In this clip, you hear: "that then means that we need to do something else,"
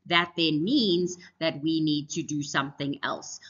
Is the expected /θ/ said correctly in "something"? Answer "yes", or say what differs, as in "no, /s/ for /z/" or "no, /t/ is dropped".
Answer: yes